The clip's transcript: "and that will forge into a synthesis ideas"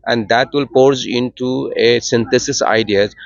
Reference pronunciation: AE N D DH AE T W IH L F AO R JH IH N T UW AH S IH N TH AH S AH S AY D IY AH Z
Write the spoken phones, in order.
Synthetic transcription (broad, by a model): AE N D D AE T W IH L P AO R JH IH N T UW AH S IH N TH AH S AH S AY D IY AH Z